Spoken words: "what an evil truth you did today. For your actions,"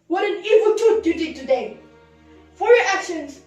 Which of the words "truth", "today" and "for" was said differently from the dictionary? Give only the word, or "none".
truth